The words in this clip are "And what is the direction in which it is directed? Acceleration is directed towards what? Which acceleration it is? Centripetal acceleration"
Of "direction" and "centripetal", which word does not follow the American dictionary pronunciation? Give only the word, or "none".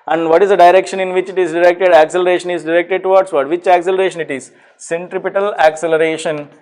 none